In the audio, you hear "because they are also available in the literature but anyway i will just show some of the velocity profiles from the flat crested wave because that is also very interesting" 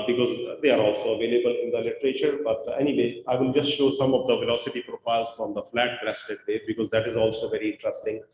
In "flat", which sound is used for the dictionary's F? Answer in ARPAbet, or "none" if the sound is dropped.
F